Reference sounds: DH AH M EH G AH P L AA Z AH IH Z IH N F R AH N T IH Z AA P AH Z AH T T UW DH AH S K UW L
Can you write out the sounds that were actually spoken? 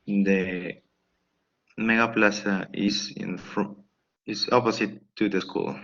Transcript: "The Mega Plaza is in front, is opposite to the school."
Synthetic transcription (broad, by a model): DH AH M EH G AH P L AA S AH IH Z IH N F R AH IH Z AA P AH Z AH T T UW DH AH S K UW L